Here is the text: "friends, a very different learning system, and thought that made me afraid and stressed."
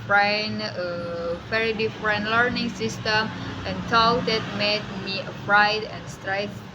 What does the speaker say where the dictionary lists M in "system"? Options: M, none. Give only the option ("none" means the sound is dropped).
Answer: none